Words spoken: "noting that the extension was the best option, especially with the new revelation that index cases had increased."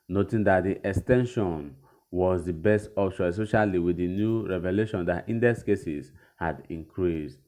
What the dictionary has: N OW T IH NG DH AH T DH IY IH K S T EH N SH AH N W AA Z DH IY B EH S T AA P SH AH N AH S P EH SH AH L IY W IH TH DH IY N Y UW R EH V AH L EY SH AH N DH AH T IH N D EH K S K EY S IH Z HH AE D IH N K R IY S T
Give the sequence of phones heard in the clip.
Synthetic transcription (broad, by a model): N OW T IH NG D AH T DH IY IH K S T EH N SH AH N W AA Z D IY B EH S T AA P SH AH S AO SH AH L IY W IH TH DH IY N Y UW R EH V AH L EY SH AH N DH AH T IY N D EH S K EY S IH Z HH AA D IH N K R IY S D